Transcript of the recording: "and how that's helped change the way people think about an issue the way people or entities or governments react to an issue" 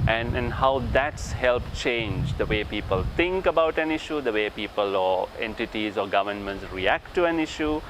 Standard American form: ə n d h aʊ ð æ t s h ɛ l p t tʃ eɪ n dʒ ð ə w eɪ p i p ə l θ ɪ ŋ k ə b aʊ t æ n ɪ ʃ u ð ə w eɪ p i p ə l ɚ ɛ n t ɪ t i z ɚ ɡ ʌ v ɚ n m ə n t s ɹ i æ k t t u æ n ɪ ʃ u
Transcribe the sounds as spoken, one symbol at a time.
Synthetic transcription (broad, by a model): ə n d h aʊ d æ t s h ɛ l p tʃ eɪ n dʒ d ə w eɪ p i p ə l t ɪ ŋ k ə b aʊ t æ n ɪ ʃ u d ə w eɪ p i p ə l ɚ ɛ n t ɪ t i z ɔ ɡ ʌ v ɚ n m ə n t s ɹ i æ k t t u æ n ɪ ʃ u